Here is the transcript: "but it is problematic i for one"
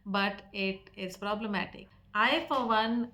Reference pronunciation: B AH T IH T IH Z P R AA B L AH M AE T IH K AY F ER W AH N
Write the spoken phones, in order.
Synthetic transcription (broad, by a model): B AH T IH T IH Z P R AA B L AH M AE T IH K AY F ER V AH N